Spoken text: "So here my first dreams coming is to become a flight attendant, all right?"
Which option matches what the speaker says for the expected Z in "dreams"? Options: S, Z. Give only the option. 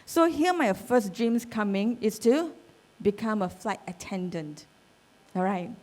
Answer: S